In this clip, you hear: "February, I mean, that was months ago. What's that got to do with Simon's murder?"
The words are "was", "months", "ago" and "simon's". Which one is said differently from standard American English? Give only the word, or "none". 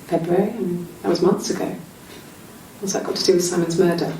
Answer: none